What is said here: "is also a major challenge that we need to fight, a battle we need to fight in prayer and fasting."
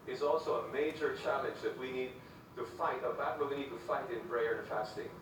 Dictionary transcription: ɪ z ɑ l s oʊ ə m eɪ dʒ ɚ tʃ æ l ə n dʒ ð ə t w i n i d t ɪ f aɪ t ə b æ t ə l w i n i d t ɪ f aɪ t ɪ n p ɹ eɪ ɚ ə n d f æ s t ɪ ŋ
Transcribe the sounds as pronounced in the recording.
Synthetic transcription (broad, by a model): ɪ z ɑ l s oʊ ə m eɪ dʒ ɚ tʃ æ l ə n dʒ ð ə t w i n i d t ɪ f aɪ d ə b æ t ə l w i n i d t ɪ f aɪ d ɪ n b ɹ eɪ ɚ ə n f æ s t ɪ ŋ